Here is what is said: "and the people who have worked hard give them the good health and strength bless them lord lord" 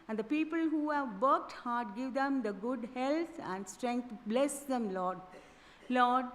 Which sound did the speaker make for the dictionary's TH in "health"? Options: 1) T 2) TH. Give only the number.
1